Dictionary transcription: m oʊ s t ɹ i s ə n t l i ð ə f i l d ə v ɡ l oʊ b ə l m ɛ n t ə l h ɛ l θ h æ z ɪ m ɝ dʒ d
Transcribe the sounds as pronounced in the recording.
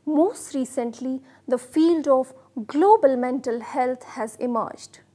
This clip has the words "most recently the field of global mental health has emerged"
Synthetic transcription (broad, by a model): m oʊ s t ɹ i s ə n t l i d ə f i l d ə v ɡ l oʊ b ə l m ɛ n t ə l h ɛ l t h æ z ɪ m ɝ dʒ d